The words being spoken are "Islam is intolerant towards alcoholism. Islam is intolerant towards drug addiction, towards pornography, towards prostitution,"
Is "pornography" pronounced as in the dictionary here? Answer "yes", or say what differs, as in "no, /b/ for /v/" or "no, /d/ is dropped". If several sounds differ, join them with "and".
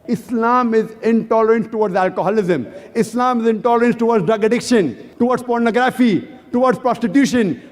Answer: yes